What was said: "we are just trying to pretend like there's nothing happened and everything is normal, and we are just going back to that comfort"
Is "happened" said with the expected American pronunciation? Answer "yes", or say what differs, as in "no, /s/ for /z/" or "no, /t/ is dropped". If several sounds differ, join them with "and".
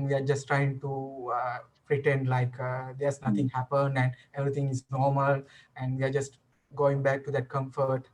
yes